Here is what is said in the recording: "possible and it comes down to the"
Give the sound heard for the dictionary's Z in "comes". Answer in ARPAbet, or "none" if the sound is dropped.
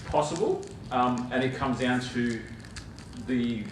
Z